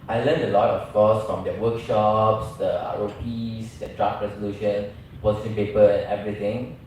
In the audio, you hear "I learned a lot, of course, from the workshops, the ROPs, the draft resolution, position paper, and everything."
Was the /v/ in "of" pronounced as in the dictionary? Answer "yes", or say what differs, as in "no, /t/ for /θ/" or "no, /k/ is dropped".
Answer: no, /f/ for /v/